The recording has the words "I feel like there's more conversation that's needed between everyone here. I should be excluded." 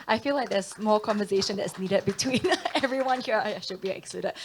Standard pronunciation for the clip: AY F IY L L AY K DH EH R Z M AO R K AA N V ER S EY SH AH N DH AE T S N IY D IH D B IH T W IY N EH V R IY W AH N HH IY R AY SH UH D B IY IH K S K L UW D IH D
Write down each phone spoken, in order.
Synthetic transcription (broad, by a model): AY F IY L L AY K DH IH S M AO L K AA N V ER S EY SH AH N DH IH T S N IY D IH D B IH T W IY N EH V R IY W AH N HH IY R AY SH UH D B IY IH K S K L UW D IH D